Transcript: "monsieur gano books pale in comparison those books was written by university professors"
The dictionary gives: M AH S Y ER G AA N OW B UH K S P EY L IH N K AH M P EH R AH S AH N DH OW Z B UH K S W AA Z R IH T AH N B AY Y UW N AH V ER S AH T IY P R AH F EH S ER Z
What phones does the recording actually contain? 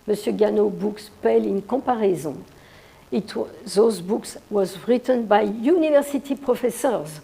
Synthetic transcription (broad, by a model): M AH S Y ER G AA N OW B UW K S P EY L IH N K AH P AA R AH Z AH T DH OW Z B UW K S W AA Z R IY T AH N B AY Y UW N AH V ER S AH T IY P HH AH F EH S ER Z